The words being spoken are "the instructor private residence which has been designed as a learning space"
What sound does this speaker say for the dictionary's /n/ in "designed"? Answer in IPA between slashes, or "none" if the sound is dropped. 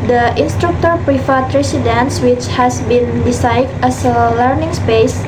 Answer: none